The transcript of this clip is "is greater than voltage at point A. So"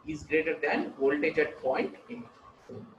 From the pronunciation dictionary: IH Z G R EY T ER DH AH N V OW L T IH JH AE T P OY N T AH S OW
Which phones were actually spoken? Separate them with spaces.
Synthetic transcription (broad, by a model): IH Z G R EY T ER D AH N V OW L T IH CH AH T P OY N T AH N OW